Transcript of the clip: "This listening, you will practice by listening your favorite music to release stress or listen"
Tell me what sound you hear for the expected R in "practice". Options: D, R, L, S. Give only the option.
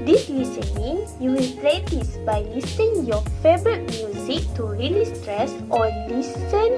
L